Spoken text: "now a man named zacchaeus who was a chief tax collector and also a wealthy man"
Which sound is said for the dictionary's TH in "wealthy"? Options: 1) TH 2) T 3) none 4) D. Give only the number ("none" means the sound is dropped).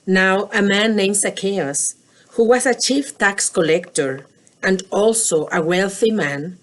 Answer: 1